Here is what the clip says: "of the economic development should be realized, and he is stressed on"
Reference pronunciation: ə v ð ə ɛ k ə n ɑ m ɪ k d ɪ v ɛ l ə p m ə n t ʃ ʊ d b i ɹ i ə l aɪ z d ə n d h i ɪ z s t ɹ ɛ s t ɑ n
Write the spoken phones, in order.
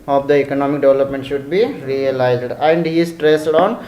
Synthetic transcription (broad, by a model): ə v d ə ɛ k ə n ɑ m ɪ k d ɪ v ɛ l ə p m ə n t ʃ ʊ d b i ɹ i ə l aɪ z d ə n d h i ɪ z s t ɹ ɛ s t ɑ n